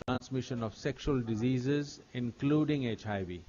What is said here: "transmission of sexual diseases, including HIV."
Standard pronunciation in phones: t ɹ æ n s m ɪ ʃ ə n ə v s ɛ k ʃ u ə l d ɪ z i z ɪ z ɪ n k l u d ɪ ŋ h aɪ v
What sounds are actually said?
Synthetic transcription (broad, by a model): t ɹ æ n s m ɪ ʃ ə n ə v s ɛ k ʃ u ə l d ɪ z i z ɪ z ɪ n k l u d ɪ ŋ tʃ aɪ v